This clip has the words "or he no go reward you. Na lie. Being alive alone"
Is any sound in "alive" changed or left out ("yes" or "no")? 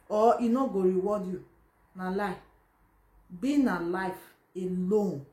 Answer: yes